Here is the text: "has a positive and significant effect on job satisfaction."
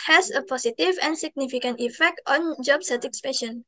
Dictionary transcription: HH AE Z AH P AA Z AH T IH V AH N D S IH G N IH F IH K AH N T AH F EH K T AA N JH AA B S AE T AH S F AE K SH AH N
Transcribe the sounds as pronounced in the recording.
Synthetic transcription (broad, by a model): HH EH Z AH P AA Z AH T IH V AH N S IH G N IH F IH K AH N T AH F EH K T AA N JH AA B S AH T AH S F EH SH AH N